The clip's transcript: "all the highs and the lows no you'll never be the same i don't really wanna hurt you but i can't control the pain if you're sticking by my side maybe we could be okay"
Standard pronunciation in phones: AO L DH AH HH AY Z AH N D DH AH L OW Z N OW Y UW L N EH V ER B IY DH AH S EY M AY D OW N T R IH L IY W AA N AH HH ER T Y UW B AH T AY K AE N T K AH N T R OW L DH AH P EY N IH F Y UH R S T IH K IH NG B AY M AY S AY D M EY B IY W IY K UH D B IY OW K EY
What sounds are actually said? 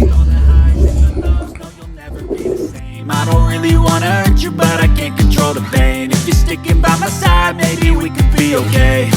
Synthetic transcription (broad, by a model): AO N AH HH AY AH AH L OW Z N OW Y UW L N EH V ER B IY DH AH S EY M AY D OW N T R IH L IY W AA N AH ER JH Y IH B AH T AY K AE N K AH N T R OW L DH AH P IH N IH F Y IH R S T IH K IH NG B AY M AY S AY D M EY B IY W IY K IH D B IY OW K EY